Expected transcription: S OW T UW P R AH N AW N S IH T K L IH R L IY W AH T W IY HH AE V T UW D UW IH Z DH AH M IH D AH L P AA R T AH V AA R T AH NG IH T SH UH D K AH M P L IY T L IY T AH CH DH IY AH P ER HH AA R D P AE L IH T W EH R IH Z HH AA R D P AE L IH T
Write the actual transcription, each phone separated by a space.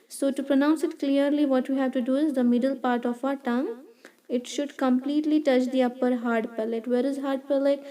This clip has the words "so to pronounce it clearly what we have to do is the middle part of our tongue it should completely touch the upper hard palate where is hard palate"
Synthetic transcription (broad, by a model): S OW T UW P R AH N AW N S IH T K L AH R L IY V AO T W IY HH AE V T UW D UW IH Z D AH M IH D AH L P AA R T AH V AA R T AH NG IH T SH UH D K AH M P L IY T L IY T AH CH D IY AH P ER HH AA R D P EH L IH T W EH R IH Z HH AA R D P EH L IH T